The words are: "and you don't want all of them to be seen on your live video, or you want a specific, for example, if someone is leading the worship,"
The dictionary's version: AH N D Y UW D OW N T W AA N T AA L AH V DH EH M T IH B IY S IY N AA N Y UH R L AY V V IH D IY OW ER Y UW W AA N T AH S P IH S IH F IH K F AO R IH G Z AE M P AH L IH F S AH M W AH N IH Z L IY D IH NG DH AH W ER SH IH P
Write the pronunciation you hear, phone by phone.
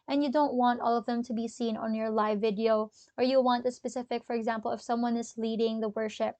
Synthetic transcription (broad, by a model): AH N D Y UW D OW N T W AA N T AA L AH V DH EH M T IH B IY S IY N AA N Y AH R L AY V V IH D IY OW ER Y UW W AA N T AH S P IH S IH F IH K F AO R IH G Z AE M P AH L IH F S AH M W AH N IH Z L IY D IH NG DH AH W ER SH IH P